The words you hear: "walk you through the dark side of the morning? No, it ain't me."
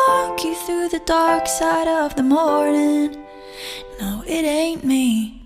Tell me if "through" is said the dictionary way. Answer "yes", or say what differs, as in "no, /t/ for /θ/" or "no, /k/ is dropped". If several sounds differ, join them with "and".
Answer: yes